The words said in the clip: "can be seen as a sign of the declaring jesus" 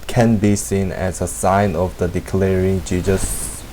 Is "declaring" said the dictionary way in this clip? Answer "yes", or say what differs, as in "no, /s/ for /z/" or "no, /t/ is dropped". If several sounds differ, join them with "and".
yes